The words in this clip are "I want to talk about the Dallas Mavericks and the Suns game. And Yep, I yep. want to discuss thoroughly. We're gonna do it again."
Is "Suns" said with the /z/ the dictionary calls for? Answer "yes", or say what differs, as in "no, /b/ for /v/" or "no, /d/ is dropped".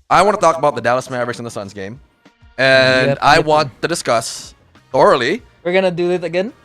yes